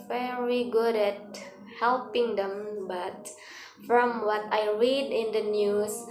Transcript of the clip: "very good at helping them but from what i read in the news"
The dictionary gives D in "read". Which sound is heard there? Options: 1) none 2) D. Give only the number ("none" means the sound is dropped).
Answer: 2